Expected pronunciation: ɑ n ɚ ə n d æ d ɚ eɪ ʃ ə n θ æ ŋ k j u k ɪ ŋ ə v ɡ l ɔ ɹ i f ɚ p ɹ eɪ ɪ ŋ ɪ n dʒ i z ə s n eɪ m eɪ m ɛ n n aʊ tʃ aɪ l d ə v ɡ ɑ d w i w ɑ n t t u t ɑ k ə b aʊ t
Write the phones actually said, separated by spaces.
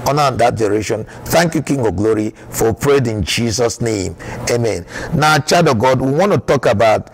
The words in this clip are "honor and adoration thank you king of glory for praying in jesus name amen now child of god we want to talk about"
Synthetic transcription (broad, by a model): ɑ n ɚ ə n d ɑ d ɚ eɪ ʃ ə n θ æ ŋ k j u k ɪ ŋ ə ɡ l ɔ ɹ i f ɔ p ɹ eɪ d ɪ n dʒ i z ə s n eɪ m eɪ m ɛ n n aʊ tʃ aɪ d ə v ɡ ɑ d w i w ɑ n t t u t ɑ k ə b aʊ t